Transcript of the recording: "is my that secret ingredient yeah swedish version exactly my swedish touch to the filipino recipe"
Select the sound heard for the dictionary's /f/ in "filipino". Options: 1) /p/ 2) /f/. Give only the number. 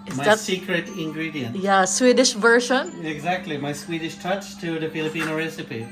2